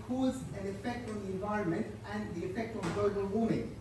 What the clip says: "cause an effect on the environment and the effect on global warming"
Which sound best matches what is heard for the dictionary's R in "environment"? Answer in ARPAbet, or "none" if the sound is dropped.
R